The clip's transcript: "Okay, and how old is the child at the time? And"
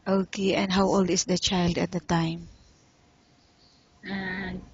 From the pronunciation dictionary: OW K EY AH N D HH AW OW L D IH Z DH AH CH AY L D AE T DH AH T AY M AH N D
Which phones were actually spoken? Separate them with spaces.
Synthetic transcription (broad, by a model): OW K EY AH N D HH AW OW L D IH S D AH CH AY L D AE T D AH T AY M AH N